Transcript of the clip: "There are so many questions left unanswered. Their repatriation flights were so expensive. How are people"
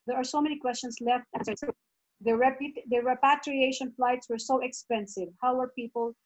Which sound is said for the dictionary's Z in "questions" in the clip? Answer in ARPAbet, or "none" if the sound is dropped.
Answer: S